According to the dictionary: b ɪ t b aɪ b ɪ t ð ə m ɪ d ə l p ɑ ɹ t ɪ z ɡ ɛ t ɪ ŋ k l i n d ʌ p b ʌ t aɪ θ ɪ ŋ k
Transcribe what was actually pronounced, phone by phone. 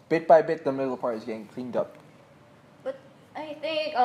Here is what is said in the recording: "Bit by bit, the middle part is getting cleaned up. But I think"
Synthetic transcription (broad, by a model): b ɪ t b aɪ b ɪ t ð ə m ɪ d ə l p ɑ ɹ t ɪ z ɡ ɛ t ɪ ŋ k l i n d ʌ p b ʌ t aɪ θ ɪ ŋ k